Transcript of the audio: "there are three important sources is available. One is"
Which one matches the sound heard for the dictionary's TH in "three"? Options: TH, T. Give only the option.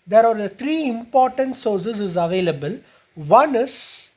T